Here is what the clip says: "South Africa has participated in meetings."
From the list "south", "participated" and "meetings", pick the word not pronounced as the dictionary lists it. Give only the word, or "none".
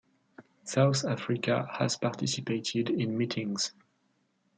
none